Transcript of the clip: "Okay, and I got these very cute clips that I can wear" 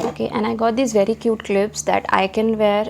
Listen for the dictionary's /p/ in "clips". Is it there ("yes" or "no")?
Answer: no